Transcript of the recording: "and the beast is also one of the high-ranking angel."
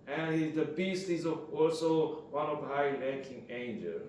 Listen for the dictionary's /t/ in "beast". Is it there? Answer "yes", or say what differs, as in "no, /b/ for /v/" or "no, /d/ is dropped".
yes